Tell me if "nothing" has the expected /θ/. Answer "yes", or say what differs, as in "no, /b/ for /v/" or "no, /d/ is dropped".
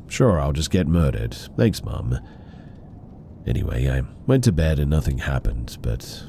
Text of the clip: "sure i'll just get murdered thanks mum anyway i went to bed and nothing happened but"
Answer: yes